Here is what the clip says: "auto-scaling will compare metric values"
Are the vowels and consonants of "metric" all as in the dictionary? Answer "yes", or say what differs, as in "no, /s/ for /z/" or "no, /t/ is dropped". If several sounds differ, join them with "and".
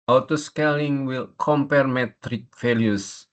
yes